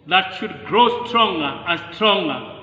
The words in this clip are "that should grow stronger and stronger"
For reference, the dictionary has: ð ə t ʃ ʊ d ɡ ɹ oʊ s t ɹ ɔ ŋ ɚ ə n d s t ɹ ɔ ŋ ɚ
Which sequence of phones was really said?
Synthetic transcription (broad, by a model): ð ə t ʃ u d ɡ ɹ oʊ s t ɹ ɔ ŋ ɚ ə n s t ɹ ɔ ŋ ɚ